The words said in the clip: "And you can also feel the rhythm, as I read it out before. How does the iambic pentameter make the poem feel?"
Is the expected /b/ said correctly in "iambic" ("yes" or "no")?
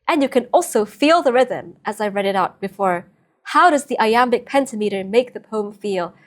yes